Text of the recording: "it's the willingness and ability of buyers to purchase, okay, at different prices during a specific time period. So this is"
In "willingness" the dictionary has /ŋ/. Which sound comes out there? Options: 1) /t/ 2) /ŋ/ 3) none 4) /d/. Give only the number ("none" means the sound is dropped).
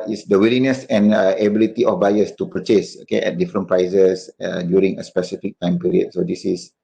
3